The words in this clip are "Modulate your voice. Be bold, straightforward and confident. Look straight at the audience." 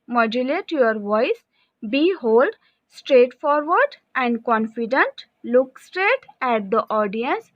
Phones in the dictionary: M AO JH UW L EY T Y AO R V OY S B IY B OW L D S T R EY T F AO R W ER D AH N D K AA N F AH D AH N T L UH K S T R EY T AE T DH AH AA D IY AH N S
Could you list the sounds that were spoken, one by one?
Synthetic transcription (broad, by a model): M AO JH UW L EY T Y AO R V OY S B IY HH OW L D S T R EY T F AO R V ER D AH N D K AA N F AH D AH N T L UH K S T R EY T AE T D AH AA D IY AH N S